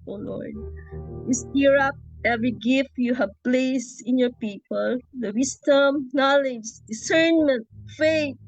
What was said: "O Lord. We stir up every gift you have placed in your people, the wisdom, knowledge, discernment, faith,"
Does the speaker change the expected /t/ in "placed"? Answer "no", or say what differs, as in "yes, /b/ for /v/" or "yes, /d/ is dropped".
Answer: yes, /t/ is dropped